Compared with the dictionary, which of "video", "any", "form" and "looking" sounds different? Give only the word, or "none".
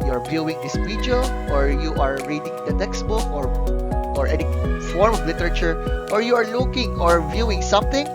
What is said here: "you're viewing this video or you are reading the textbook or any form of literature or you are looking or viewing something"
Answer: video